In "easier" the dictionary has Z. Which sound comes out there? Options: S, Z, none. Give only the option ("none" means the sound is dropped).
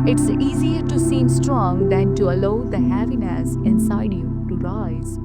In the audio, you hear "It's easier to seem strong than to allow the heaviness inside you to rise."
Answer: Z